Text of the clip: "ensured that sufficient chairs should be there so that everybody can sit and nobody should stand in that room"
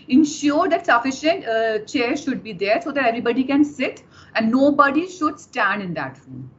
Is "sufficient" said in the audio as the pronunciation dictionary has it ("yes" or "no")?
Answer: yes